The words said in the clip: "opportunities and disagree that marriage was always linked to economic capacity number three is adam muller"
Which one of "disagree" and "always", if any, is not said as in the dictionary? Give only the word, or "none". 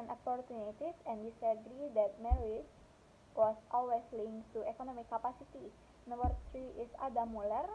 always